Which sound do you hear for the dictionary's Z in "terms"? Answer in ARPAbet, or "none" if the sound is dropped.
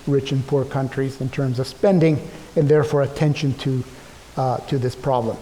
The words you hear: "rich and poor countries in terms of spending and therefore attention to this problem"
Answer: Z